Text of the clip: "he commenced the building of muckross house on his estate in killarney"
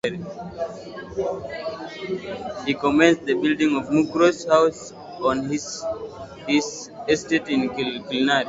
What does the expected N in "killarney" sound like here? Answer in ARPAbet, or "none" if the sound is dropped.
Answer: none